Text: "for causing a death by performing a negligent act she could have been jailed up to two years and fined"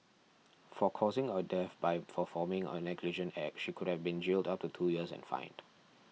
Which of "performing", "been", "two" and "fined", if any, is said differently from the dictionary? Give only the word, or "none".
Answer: performing